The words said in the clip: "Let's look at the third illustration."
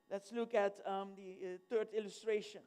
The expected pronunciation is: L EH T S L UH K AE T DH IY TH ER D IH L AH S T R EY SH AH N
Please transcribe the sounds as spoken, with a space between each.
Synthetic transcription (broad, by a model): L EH T S L UH K AE T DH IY T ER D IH L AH S T R EY SH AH N